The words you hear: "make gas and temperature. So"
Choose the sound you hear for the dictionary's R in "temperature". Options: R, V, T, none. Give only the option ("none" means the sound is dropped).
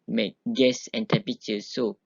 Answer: none